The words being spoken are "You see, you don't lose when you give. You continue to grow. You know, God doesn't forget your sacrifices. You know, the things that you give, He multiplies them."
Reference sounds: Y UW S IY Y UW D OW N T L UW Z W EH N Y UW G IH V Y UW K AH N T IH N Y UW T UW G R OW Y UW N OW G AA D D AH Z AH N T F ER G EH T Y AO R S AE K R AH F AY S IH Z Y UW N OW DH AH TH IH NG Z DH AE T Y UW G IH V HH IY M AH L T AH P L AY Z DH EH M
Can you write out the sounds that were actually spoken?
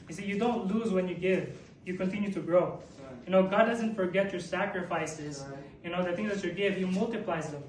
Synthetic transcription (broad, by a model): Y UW S IY Y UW D OW N T L UW Z W EH N Y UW G IH V Y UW K AH N T IH N Y UW T UW G R OW Y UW N OW G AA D D AH Z AH N T F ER G EH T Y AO R S AE K R AH F AY S IH Z Y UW N OW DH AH TH IH NG Z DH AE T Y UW G IH V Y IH M AH L T AH P L AY Z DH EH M